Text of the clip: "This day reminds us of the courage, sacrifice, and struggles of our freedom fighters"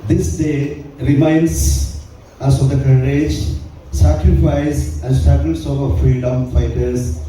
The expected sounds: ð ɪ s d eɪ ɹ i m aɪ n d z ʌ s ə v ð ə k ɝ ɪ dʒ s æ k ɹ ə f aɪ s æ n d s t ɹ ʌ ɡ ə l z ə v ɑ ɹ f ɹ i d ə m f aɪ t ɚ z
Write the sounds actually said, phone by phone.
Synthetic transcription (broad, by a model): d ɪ s d eɪ ɹ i m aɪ n d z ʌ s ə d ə k ɝ ɪ dʒ s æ k ɹ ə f aɪ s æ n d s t ʌ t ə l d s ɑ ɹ f ɹ i d ə m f aɪ t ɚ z